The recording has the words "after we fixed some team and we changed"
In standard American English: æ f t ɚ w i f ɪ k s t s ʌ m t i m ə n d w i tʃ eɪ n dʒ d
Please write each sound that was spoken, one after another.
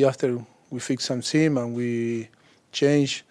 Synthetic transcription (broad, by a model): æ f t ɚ w i f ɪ k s s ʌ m s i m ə n w i tʃ eɪ n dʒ